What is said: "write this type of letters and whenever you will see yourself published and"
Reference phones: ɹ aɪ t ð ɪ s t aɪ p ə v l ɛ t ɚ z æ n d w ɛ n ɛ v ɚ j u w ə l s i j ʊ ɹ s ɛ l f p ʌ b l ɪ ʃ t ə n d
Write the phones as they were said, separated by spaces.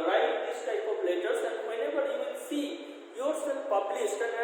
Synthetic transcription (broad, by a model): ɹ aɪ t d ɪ s t aɪ p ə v l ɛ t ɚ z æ n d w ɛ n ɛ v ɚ j u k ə n s i j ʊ ɹ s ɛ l p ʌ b l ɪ s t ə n